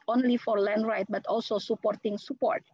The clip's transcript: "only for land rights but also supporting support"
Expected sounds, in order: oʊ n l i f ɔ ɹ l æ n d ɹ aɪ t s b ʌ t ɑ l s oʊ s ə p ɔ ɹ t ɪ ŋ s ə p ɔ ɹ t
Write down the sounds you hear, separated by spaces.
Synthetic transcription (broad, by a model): oʊ n l i f ɔ ɹ l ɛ n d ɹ aɪ t b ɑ t ɑ l s oʊ s ə p ɔ ɹ t ɪ ŋ s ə p ɔ ɹ t